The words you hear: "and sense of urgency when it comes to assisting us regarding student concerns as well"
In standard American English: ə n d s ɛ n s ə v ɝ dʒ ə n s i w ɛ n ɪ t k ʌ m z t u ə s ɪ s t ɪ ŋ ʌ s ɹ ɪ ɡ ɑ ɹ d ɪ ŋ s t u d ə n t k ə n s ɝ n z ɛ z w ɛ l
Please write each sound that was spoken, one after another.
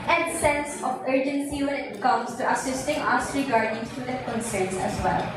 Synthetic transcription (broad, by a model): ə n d s ɛ n s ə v ɝ dʒ ə n s i w ɛ n ɪ t k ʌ m s t u ə s ɪ s t ɪ ŋ ʌ s ɹ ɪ ɡ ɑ ɹ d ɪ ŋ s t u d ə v k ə n s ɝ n s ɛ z w ɛ l